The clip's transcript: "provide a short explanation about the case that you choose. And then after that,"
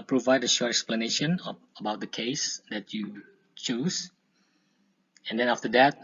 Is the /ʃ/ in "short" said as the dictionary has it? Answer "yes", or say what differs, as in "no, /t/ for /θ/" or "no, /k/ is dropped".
yes